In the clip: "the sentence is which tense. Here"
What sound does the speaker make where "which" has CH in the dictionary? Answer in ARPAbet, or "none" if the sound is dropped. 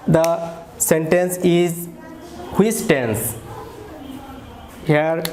S